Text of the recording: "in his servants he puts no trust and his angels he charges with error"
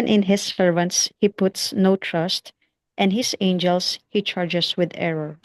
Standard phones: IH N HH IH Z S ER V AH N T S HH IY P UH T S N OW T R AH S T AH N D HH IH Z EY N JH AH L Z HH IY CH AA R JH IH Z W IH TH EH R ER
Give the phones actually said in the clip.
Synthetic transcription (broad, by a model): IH N HH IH S ER V AH N T S HH IY P UH T S N OW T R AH S T AH N D HH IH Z EY N JH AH L S HH IY CH AA R JH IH S W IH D EH R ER